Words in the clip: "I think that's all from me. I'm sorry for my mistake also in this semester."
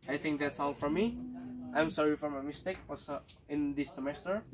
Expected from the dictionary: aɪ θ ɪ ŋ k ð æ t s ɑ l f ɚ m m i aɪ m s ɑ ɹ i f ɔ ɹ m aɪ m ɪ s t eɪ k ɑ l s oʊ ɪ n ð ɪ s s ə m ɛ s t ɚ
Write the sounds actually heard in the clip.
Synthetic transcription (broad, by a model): aɪ θ ɪ ŋ k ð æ t s ɑ l f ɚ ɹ m i aɪ m s ɑ ɹ i f ɔ ɹ m aɪ m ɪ s t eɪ k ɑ s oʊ ɪ n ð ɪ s s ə m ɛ s t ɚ